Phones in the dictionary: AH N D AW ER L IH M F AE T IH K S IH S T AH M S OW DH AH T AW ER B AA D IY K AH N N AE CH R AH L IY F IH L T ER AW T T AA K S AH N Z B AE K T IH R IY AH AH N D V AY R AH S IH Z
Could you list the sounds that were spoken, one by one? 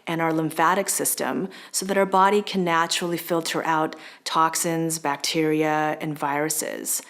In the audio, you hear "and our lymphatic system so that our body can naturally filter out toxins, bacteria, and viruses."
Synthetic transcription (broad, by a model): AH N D AW ER L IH M F AE T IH K S IH S T AH M S OW DH AH T AW ER B AA D IY K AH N N AE CH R L IY F IH L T ER AW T T AA K S AH N Z B AE K T IH R IY AH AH N V AY R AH S IH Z